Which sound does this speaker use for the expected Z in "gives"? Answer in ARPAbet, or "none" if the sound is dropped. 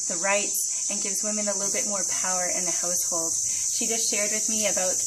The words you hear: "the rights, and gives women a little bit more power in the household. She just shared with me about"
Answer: Z